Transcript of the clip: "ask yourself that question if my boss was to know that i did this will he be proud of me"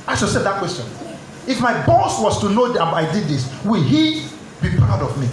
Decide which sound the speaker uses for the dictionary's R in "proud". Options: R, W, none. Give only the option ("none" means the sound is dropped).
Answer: none